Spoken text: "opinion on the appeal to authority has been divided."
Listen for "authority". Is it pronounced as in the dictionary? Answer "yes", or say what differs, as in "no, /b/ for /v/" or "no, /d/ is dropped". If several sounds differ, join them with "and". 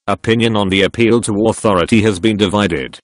yes